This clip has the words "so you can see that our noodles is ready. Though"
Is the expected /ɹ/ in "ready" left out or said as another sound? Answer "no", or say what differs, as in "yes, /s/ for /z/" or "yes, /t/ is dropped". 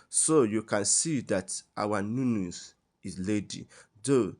yes, /l/ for /ɹ/